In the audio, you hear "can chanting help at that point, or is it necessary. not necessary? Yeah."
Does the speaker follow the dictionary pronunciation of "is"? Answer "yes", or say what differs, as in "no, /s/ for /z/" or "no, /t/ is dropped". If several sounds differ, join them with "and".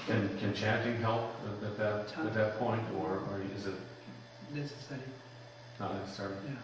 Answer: yes